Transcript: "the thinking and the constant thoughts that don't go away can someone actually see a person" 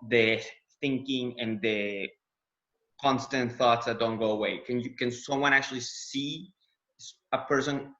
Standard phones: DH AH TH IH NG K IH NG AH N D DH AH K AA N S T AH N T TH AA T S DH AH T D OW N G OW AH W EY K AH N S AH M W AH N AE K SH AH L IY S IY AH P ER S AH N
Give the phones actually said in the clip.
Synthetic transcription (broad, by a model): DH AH TH IH NG K IH NG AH N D DH AH K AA N S T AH N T TH AA T S DH AH T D OW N G OW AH W EY K AH N S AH M W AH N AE K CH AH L IY S IY AH P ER S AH N